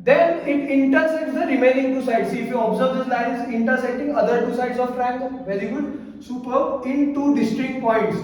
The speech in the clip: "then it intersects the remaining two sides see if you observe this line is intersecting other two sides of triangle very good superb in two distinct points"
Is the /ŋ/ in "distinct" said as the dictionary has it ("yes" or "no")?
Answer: no